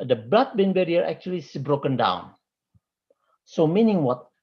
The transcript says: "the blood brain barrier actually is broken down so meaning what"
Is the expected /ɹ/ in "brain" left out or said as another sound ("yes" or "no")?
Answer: yes